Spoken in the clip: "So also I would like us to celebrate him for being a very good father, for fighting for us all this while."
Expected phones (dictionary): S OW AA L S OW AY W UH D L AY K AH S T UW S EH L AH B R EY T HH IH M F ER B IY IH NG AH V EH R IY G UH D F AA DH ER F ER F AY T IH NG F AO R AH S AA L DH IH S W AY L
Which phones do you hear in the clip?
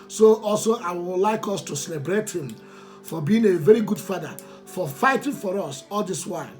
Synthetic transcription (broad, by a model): S OW AA L S OW AY W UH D L AY K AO S T UW S EH L AH B R EY T HH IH M F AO B IY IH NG AH V EH R IY G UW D F AA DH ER F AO F AY T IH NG F AO R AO S AA L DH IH S W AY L